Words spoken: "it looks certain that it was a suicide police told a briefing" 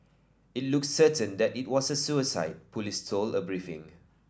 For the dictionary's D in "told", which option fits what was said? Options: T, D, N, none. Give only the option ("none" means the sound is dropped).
none